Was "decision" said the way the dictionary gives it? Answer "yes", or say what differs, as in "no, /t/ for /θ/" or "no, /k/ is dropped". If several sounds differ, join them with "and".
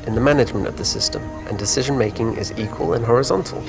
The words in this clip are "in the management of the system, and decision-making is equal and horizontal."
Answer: yes